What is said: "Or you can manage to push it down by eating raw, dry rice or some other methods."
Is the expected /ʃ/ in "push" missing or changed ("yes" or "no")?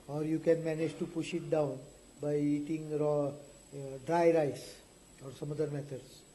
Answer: no